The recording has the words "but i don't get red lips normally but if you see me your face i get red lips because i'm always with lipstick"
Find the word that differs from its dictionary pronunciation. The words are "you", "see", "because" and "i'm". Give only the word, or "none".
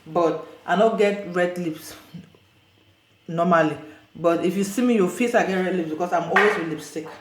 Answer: because